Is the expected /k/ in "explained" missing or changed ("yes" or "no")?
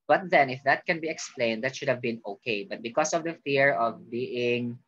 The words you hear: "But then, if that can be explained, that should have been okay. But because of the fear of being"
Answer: no